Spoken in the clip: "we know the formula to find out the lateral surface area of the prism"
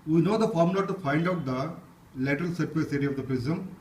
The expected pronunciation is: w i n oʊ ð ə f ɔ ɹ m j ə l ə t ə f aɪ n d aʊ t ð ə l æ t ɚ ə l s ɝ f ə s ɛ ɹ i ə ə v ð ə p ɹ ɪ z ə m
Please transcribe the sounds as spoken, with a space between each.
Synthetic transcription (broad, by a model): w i n oʊ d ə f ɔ ɹ m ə l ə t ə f aɪ l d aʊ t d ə l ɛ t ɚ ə l s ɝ ə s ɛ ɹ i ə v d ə p ɹ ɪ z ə m